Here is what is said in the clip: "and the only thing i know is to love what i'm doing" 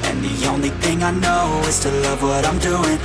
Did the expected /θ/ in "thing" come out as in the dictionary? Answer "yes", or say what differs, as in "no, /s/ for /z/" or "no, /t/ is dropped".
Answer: yes